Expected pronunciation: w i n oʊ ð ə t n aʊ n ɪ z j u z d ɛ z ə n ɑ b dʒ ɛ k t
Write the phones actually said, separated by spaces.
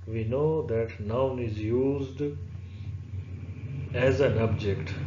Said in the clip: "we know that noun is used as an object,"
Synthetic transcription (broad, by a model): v i n oʊ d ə t n aʊ n ɪ z j u z d ɛ z ə n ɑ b dʒ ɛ k t